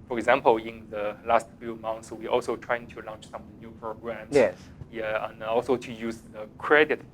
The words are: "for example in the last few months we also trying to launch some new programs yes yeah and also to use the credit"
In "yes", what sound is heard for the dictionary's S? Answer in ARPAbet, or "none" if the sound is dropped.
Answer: none